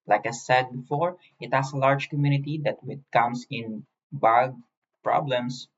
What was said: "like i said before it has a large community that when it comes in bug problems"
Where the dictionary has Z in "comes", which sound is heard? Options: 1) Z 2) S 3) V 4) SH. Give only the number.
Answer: 2